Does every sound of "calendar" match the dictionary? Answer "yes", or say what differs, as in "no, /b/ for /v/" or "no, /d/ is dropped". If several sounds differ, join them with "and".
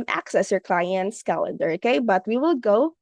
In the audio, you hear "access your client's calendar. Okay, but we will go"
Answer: yes